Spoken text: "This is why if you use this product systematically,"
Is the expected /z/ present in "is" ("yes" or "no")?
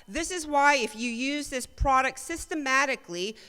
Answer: yes